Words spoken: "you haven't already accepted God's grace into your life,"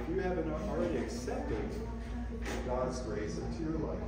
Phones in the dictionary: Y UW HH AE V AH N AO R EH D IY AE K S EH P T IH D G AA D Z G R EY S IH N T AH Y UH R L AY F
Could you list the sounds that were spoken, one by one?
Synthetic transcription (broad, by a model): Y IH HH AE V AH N AO R EH D IY AE K S EH P T IH D G AA D Z G R EY S IH N T AH Y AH R L AY